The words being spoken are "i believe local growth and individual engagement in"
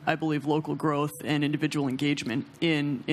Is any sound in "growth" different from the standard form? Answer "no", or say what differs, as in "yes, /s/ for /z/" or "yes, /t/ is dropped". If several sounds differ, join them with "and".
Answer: no